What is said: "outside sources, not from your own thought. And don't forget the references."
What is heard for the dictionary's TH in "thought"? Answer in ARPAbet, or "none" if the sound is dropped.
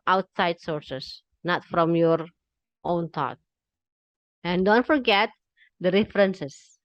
T